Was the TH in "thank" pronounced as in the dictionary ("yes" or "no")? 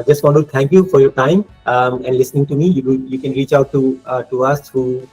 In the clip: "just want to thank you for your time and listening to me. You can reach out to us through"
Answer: no